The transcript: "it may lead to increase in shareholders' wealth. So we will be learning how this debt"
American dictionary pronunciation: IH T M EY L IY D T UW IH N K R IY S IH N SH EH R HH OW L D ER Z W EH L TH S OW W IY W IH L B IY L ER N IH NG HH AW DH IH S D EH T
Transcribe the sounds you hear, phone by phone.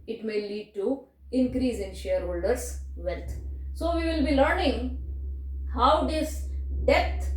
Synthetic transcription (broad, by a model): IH T M EY L IY D T UW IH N K R IY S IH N SH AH R HH OW L D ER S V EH L T S OW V IY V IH L B IY L ER N IH NG HH AW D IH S D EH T